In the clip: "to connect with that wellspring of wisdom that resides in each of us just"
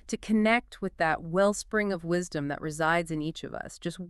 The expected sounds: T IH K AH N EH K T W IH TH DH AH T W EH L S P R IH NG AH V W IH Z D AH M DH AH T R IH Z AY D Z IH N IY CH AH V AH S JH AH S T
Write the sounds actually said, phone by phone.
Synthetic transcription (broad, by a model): T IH K AH N EH K T W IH DH AH T W EH L S P R IH NG AH V W IH Z D AH M DH AH T R IH Z AY D Z IH N IY CH AH V AH S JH AH S T